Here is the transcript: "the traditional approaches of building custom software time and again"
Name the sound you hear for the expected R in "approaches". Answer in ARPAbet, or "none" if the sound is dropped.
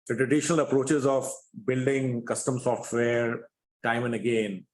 R